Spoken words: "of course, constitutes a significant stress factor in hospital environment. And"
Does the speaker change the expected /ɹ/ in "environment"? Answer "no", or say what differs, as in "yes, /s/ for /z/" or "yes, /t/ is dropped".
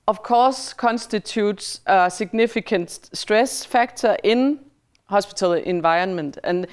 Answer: yes, /ɹ/ is dropped